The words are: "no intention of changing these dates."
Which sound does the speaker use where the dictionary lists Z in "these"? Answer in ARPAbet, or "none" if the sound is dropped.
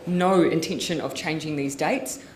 Z